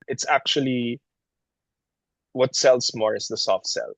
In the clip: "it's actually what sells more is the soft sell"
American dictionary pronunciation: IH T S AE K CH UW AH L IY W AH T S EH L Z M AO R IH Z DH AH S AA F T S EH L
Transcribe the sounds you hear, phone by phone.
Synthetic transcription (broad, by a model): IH T S AE K CH UW AH L IY W AH T S EH L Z M AO R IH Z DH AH S AA F T S EH L